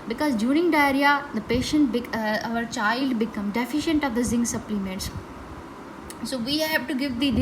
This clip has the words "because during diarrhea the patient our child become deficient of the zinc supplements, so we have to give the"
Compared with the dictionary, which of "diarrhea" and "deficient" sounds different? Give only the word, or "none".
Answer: none